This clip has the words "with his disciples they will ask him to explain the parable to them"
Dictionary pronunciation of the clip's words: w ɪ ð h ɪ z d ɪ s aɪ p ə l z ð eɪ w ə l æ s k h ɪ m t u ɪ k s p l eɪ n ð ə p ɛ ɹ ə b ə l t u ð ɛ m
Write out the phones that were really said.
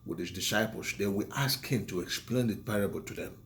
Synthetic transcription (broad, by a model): w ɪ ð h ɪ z d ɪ s aɪ p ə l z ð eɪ w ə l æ s k h ɪ m t u ɪ k s p l eɪ n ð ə p ɛ ɹ ə b ə l t u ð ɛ m